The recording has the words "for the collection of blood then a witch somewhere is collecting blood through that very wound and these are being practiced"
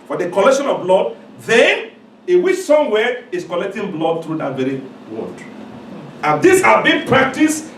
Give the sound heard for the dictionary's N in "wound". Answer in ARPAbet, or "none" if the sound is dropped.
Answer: none